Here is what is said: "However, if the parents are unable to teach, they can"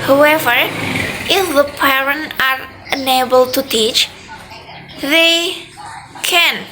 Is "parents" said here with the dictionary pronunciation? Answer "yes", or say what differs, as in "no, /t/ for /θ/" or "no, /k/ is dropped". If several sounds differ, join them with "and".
no, /s/ is dropped